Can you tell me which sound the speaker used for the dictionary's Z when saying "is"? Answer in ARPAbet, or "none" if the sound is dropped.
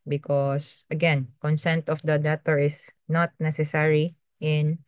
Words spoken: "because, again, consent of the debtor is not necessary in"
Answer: S